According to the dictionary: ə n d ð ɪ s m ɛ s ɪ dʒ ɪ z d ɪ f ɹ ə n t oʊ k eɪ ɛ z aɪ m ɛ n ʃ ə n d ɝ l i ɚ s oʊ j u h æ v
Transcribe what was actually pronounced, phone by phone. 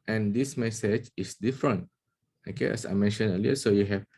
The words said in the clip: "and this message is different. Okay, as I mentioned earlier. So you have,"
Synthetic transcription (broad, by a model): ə n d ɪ s m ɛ s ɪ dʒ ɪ s d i f ɹ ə n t oʊ k eɪ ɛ s aɪ m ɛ n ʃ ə n ɝ l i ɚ s oʊ j u h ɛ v